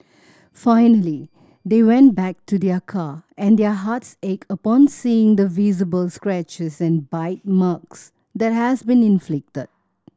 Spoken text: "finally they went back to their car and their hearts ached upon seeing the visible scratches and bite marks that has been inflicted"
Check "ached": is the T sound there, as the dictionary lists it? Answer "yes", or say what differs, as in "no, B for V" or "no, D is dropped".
no, T is dropped